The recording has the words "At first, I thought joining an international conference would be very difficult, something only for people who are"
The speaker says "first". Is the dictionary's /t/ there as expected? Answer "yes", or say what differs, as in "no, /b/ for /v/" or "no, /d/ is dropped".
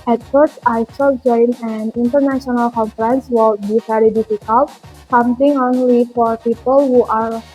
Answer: no, /t/ is dropped